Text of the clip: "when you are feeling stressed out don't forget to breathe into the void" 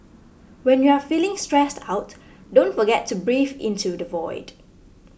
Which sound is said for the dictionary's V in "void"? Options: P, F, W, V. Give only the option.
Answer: V